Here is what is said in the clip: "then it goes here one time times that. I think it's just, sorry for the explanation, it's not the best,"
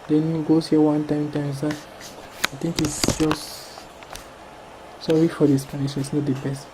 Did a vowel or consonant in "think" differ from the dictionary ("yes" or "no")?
yes